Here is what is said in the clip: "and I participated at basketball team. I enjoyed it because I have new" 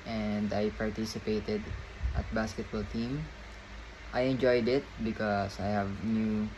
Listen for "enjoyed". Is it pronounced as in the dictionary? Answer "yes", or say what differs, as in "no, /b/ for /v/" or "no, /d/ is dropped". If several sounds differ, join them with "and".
yes